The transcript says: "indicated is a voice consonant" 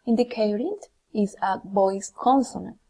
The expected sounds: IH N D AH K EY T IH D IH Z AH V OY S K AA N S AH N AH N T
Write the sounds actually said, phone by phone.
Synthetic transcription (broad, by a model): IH N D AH K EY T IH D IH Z AH B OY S K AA N S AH N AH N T